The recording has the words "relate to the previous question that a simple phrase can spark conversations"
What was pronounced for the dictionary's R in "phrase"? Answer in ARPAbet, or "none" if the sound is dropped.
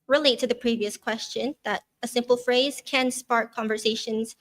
R